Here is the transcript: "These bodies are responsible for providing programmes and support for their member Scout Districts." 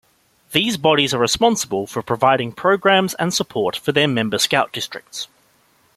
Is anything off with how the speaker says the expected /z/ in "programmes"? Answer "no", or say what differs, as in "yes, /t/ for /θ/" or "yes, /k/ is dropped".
no